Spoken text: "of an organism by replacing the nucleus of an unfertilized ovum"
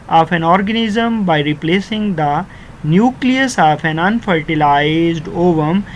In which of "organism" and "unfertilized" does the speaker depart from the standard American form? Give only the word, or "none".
none